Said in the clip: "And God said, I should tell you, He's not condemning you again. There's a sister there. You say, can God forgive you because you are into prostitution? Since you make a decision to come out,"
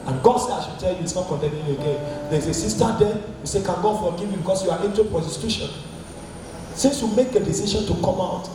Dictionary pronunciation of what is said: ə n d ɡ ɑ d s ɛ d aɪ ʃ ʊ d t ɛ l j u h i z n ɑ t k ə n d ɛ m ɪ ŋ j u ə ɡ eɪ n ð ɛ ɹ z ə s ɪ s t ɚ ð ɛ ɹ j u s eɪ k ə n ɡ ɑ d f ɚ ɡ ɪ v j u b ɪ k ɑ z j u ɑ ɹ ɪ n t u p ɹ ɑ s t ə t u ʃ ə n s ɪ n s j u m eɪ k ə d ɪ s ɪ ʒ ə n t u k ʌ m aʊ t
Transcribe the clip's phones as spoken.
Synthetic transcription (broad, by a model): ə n ɡ ɑ d s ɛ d aɪ ʃ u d t ɛ l j u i s n ɑ t k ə n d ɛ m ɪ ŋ ə ɡ eɪ n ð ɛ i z ə s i s t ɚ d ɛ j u s eɪ k ə n ɡ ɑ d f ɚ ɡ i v j u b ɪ k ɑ s j u ɑ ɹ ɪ n t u p ɹ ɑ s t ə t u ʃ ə n s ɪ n s j u m eɪ k ə d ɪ s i ʃ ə n t u k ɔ m aʊ t